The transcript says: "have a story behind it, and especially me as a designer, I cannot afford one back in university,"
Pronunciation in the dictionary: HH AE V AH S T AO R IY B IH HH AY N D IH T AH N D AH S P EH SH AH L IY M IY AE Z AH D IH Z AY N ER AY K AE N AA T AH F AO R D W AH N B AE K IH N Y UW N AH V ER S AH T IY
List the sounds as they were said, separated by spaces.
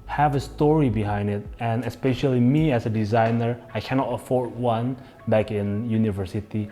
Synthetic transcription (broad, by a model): HH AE V AH S T AO R IY B IH HH AY N D IH T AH N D AH S P EH SH AH L IY M IY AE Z AH D IH Z AY N ER AY K AE N AA T AH F AO R D W AH N B AE K IH N Y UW N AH V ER S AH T IY